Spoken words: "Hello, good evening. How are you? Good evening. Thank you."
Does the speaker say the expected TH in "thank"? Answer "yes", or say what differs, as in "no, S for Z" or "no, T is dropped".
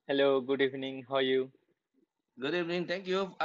no, T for TH